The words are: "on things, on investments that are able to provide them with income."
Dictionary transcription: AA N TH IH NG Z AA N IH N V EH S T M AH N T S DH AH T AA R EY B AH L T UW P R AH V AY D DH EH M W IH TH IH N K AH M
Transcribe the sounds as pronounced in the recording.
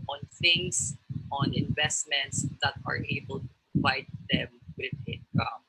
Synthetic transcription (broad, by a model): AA N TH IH NG S AA N IH N V EH S T M AH N T S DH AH T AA R EY B AH L T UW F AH IH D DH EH M W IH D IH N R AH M